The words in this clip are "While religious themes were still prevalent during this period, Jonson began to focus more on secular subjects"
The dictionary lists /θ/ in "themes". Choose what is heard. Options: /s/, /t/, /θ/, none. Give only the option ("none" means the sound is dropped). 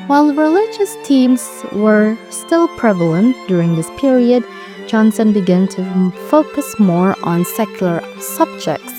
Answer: /t/